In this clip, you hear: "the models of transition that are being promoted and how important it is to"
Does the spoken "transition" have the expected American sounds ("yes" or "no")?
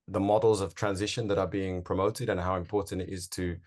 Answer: yes